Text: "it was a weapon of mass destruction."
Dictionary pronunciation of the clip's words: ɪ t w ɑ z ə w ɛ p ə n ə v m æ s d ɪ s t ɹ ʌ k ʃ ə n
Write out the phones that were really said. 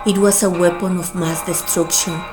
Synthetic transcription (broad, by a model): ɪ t w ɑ s ə w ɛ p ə n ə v m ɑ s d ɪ s t ɹ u k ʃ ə n